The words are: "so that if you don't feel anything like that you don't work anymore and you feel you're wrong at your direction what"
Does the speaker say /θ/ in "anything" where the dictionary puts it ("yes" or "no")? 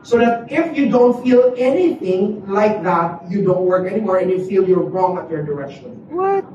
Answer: yes